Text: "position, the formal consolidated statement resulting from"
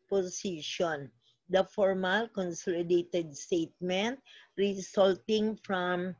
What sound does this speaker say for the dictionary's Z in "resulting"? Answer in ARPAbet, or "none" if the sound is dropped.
S